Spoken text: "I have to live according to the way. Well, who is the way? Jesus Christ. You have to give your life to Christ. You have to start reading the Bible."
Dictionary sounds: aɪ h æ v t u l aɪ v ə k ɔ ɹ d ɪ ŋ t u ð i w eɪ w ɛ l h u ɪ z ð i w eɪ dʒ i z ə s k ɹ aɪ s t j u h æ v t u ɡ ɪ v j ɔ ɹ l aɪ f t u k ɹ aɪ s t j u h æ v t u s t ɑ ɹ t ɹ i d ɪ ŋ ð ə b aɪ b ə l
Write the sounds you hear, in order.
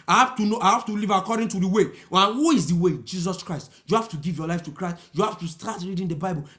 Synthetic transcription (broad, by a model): aɪ h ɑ f t u n aɪ v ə k ɔ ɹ d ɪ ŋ t u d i w eɪ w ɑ n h u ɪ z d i w eɪ dʒ i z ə s k ɹ aɪ s t j u h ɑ f t u ɡ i v j ɔ l aɪ f t u k ɹ aɪ s t j u h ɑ f t u s t ɑ t ɹ i d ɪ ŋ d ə b aɪ b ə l